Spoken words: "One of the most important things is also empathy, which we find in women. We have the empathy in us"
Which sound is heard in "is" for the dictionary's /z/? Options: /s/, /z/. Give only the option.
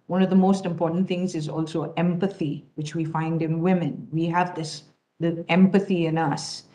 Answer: /z/